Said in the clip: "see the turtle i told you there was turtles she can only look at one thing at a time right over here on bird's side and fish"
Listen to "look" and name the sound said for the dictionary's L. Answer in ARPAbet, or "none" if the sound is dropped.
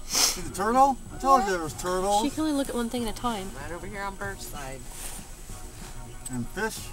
L